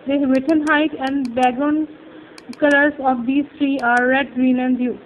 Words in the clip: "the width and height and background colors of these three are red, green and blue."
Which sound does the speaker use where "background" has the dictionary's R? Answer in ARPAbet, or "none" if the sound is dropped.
none